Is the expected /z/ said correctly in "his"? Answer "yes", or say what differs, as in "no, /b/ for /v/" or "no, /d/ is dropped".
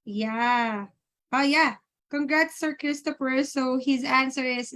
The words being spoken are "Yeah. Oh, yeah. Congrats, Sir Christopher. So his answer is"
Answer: yes